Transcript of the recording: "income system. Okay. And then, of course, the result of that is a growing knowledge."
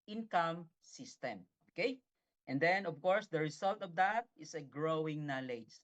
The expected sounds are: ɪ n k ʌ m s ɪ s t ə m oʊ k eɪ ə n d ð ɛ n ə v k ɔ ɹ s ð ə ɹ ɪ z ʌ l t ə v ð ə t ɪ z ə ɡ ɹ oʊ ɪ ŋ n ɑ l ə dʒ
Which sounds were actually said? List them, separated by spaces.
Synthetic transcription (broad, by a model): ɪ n k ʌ m s ɪ s t ə m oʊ k eɪ ə n d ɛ n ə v k ɔ ɹ s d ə ɹ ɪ s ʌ l t ə v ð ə t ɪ s ə ɡ ɹ oʊ ɪ ŋ n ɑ l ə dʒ